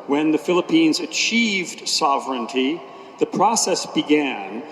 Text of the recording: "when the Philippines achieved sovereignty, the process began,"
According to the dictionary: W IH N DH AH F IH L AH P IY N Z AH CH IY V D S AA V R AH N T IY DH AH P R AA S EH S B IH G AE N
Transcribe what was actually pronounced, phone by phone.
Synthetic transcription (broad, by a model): W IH N DH AH F IH L AH P IY N Z AH CH IY V D S AA V R AH N T IY DH AH P R AA S EH S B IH G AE N